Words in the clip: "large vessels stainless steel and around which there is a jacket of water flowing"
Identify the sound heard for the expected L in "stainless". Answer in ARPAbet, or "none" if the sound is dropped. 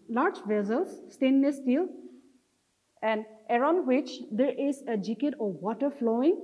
none